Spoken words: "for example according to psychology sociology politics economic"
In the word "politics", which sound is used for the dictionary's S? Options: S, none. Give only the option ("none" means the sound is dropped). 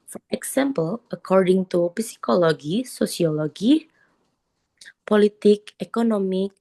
none